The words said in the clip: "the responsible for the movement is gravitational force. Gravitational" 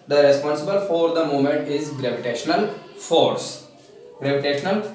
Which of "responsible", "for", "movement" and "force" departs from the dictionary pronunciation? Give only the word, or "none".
movement